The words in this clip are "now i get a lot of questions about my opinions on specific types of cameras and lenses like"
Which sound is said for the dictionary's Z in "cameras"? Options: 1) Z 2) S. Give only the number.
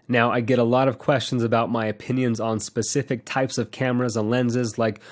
1